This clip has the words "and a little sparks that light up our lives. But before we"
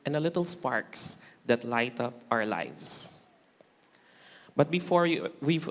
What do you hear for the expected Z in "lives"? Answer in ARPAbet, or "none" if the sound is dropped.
S